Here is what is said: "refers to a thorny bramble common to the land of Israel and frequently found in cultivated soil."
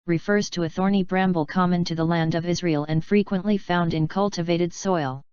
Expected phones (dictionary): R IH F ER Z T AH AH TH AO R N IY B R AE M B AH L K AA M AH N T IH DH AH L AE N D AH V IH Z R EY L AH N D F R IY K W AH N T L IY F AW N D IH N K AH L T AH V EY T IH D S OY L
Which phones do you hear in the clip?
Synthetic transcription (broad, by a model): R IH F ER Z T AH AH TH AO R N IY B R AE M B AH L K AA M AH N T IH DH AH L AE N D AH V IH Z R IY L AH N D F R IY K W AH N T L IY F AW N D IH N K AH L T AH V EY T IH D S OY L